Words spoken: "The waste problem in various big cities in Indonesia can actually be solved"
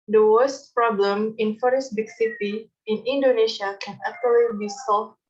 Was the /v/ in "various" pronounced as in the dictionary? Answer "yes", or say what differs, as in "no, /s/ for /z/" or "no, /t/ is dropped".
no, /f/ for /v/